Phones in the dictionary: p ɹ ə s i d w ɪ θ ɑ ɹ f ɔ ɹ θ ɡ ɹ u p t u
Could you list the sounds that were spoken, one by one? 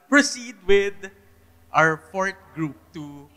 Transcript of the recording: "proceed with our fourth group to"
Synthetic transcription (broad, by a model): p ɹ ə s i d w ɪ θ ɑ ɹ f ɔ ɹ t ɡ ɹ u p t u